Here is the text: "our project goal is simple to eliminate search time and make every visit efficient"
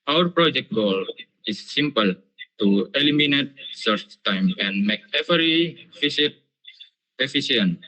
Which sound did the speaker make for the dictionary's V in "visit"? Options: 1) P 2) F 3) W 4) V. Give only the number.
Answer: 2